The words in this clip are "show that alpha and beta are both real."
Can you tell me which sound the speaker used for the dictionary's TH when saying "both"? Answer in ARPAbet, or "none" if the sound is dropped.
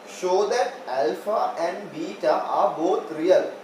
T